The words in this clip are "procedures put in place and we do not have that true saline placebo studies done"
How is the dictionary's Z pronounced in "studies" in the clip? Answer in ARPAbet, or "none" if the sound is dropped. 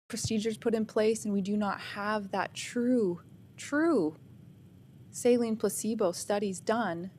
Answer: Z